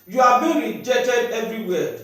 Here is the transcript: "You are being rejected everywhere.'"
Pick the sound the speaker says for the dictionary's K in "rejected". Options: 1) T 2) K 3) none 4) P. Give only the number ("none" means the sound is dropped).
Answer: 3